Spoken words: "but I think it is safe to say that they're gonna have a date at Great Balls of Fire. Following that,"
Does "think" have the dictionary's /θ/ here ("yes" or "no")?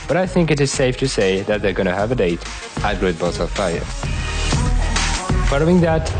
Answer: yes